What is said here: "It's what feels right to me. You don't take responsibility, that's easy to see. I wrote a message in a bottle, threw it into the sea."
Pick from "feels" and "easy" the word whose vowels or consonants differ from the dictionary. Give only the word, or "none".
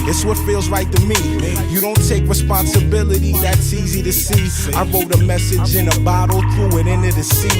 none